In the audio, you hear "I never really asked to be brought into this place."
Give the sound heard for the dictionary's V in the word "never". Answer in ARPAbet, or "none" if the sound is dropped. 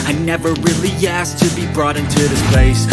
V